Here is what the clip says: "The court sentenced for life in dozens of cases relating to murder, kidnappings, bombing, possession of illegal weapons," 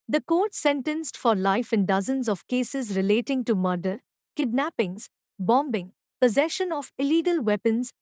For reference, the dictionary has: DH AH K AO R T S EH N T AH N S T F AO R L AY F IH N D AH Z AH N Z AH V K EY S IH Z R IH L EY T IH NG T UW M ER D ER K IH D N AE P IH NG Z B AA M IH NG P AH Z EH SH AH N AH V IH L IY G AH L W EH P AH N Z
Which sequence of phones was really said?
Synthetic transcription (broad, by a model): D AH K AO R T S EH N T AH N S T F AO R L AY F IH N D AH Z AH N Z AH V K EY S IH Z R IH L EY T IH NG T UW M ER D ER K IH D N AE P IH NG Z B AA M IH NG P AH Z EH SH AH N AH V IH L IY G AH L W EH P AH N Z